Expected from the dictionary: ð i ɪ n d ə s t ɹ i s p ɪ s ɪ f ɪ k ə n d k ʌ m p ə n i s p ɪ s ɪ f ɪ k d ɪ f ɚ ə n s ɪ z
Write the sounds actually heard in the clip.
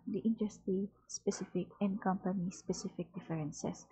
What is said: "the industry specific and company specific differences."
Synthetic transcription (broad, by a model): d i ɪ n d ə s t i s p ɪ s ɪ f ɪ k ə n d k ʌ m p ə n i s p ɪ s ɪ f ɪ k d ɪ f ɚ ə n s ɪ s